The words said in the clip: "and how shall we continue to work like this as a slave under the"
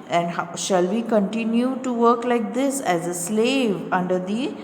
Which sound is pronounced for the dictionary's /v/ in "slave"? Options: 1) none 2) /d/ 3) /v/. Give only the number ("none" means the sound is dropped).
3